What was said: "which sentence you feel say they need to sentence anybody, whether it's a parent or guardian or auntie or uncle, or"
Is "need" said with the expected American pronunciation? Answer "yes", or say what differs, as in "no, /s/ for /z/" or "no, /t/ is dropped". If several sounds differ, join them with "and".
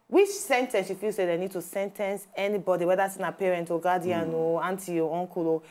yes